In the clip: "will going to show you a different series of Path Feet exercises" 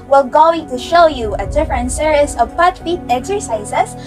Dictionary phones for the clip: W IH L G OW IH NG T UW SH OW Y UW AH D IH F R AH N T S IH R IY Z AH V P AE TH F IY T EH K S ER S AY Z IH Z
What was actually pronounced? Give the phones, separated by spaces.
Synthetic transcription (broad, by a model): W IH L G OW IH NG T UW SH OW Y UW AH D IH F R AH N T S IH R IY S AH V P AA T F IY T EH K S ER S AY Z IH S